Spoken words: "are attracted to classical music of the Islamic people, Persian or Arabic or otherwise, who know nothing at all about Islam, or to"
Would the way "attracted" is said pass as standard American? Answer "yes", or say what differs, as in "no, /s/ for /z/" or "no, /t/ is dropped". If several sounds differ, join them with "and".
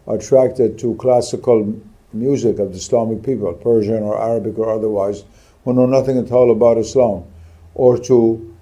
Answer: yes